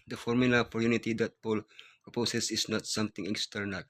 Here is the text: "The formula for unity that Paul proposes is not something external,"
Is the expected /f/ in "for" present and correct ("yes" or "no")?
no